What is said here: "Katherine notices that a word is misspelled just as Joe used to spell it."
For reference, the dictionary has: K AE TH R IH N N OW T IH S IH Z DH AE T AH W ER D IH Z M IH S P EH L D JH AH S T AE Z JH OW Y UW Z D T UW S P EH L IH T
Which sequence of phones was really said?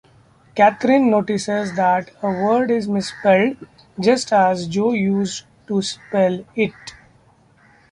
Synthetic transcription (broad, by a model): K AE T R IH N N OW T IH S IH Z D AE T AH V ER D IH Z M IH S P EH L D JH AH S T AE Z JH OW Y UW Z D T UW S P EH L IH T